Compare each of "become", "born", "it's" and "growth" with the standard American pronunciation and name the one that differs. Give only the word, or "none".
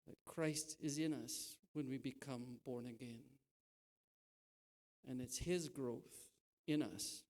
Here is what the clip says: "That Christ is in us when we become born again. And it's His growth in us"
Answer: none